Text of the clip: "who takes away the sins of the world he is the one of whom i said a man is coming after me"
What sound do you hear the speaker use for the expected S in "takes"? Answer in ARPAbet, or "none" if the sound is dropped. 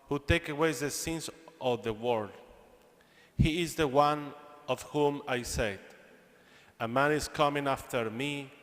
none